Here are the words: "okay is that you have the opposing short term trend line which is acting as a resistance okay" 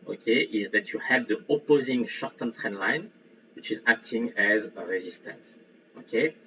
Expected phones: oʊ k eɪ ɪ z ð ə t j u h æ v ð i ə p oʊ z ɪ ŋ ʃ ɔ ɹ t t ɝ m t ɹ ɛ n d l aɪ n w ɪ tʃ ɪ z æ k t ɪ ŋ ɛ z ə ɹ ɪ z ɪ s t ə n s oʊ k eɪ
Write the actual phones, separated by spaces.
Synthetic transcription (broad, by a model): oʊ k eɪ ɪ z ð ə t j u h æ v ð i ə p oʊ z ɪ ŋ ʃ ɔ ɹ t t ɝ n t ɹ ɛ n l aɪ n w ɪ tʃ ɪ z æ k t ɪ ŋ ɛ z ə ɹ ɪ z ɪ s t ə n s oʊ k eɪ